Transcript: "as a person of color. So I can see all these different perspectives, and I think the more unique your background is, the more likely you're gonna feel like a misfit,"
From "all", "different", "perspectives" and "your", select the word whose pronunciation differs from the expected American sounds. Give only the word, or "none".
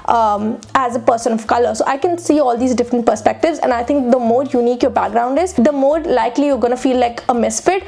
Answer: none